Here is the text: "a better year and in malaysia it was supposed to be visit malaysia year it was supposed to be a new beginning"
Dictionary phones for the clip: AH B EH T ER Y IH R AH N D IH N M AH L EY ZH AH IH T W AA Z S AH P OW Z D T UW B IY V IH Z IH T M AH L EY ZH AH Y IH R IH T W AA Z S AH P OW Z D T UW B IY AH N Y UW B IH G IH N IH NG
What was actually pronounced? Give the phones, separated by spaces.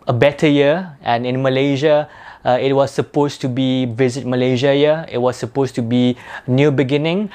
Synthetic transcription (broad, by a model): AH B EH T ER Y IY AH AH N IH N M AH L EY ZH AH IH T W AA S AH P OW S T UW B IY V IH Z IH T M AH L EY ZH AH Y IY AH IH T W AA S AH P OW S T UW B IY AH N Y UW B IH G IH N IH NG